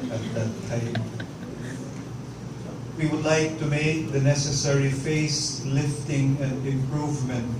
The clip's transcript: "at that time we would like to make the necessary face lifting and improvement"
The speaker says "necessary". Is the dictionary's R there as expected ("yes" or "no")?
yes